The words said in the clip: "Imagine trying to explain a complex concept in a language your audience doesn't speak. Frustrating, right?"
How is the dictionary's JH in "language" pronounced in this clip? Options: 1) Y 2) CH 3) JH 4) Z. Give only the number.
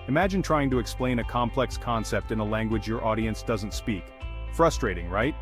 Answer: 3